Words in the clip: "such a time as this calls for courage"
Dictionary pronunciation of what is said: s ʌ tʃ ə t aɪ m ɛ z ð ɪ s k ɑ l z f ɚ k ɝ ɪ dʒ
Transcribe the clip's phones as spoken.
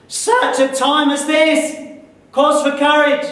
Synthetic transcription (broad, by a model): s ʌ tʃ ə t aɪ m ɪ z ð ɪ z k ɑ z f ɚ k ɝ ɪ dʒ